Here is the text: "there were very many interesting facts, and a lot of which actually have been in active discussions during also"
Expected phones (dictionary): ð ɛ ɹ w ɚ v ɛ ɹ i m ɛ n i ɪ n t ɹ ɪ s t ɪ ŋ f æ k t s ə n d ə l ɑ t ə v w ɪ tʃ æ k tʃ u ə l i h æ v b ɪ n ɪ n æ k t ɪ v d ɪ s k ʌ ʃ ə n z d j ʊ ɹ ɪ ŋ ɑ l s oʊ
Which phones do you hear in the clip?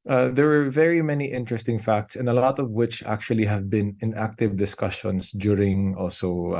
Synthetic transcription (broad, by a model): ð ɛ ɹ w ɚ v ɛ ɹ i m ɛ n i ɪ n t ɹ ɪ s t ɪ ŋ f æ k t s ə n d ə l ɑ t ə v w ɪ tʃ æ k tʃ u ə l i h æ v b ɪ n ɪ n æ k t ɪ v d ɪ s k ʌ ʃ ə n s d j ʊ ɹ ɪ ŋ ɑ l s oʊ